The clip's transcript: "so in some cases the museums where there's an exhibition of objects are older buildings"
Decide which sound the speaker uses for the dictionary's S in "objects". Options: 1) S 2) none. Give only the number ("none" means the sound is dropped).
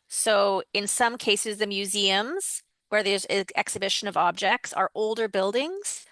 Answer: 1